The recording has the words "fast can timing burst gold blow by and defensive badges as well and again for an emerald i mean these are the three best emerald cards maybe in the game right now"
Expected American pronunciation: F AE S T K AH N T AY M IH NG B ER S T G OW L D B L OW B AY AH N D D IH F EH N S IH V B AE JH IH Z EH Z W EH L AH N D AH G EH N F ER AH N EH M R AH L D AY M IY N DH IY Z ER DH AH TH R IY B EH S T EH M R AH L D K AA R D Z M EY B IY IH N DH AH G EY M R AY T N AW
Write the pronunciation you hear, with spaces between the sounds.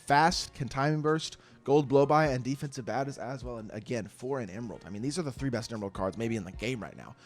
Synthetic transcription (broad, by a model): F AE S T K AH N T AY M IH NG B ER S T G OW L D B L OW B AY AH N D D IH F EH N S IH V B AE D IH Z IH Z W EH L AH N AH G EH N F ER AH N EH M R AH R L AY M IY N DH IY Z ER DH AH TH R IY B EH S T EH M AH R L K AA R D Z M EY B IY IH N DH AH G EY M R AY T N AW